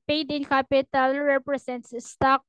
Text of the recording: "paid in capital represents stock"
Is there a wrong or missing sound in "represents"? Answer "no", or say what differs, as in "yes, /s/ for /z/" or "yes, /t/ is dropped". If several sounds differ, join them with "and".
yes, /s/ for /z/